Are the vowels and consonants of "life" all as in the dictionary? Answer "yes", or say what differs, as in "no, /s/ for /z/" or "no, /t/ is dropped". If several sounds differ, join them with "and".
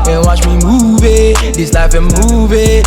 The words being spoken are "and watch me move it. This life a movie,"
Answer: no, /n/ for /l/